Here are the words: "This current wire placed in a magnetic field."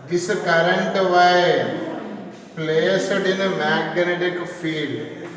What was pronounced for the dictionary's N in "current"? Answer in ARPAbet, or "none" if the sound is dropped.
N